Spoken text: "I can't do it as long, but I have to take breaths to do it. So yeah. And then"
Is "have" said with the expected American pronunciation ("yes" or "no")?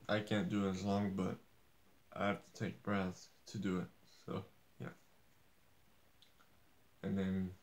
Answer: no